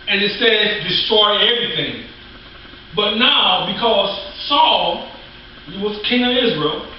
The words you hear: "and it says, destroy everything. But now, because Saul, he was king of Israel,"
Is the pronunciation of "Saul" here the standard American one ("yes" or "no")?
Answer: yes